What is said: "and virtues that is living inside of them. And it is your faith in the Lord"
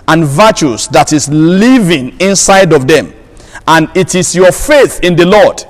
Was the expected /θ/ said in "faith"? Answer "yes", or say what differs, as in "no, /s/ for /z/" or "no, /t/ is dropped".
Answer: yes